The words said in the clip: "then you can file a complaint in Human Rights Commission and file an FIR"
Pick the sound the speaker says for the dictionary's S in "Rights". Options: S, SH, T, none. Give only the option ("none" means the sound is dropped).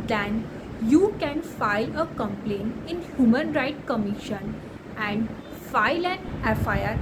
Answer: none